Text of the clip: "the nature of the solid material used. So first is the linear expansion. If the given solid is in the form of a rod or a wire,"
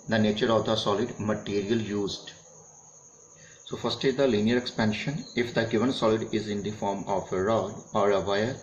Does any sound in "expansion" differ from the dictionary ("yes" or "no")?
no